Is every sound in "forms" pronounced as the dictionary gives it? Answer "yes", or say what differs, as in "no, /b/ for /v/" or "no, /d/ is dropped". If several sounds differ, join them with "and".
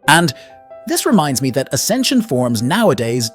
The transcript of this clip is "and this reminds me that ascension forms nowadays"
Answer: yes